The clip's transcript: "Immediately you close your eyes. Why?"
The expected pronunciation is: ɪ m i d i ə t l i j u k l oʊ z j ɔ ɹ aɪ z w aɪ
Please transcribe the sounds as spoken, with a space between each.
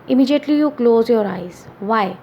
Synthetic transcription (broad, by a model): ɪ m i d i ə t l i j u k l oʊ z j ɔ ɹ aɪ z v aɪ